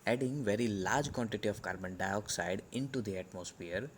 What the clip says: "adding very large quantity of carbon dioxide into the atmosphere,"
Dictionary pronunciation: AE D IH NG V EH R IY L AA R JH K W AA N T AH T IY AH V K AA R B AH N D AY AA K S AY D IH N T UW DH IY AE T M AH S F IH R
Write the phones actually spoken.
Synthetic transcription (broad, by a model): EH D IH NG V EH R IY L AA R JH K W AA N T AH T IY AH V K AA R B AH N D AY AA K S AY D IH N T UW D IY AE T M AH S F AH R